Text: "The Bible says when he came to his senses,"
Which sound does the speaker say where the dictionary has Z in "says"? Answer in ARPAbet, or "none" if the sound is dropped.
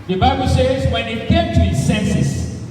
Z